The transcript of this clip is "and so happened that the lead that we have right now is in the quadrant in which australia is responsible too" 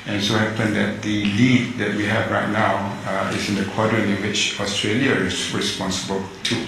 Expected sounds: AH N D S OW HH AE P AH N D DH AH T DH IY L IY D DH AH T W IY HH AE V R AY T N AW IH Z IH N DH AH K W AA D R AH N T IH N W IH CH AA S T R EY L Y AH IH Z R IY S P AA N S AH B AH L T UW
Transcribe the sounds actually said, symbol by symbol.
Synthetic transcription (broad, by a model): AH N S OW HH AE P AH N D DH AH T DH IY L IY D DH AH T W IY HH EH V R AY T N AW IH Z IH N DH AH K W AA D R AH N IH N W IH CH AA S T R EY L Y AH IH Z R IY S P AA N S AH B AH L T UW